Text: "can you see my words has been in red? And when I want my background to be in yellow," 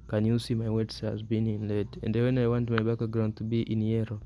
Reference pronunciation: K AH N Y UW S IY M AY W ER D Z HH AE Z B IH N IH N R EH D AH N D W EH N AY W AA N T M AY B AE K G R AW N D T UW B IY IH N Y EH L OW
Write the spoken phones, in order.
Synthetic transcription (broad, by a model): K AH N Y UW S IY M AY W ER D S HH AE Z B IH N IH N L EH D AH N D W EH N AY W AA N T M AY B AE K G R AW N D T UW B IY IH N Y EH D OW